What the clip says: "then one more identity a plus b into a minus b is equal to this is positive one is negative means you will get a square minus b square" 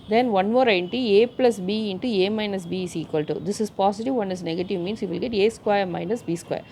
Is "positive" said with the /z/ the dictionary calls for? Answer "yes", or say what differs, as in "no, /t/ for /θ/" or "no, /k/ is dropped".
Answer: no, /s/ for /z/